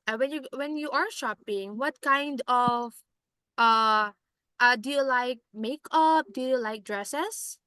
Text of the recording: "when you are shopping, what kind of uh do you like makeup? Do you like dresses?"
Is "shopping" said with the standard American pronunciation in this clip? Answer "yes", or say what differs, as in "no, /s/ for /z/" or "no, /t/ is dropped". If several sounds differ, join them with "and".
yes